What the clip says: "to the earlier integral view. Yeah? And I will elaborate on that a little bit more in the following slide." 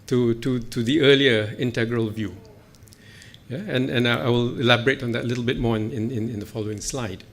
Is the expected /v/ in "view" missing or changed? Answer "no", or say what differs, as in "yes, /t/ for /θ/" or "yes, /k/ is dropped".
no